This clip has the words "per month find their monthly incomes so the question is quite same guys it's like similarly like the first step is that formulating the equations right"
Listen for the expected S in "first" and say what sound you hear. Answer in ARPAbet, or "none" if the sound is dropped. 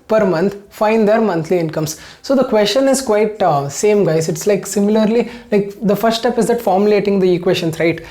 none